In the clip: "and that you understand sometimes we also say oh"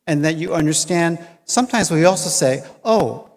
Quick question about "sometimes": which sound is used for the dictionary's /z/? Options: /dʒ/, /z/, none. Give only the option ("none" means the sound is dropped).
/z/